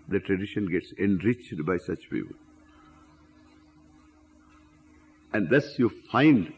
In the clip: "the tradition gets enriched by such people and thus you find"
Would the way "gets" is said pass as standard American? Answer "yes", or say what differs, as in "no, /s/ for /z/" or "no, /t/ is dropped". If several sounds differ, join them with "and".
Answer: yes